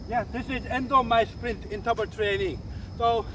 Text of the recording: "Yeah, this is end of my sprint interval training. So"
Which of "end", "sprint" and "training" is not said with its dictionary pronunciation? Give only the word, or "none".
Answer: none